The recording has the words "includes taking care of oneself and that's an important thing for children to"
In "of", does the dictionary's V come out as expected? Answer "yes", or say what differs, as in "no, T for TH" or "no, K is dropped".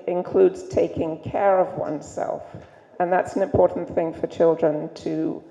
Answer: yes